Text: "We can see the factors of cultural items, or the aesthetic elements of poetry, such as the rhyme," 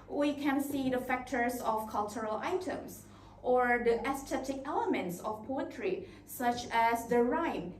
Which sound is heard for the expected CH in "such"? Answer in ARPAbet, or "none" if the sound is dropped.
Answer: CH